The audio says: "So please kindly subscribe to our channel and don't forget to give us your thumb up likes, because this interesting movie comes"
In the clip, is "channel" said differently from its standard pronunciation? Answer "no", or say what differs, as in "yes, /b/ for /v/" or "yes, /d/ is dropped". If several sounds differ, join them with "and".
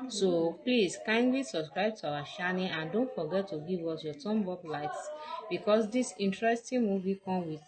yes, /ʃ/ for /tʃ/